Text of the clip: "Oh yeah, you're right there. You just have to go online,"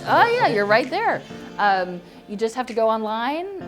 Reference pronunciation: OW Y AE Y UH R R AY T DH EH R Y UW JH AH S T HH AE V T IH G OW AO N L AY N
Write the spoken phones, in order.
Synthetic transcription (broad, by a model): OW Y AE Y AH R R AY T DH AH R Y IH JH AH S T HH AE F T IH G OW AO N L AY N